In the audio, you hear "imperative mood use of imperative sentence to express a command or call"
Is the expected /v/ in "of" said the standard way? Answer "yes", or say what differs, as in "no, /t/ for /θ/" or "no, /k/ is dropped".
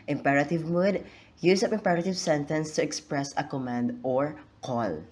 no, /p/ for /v/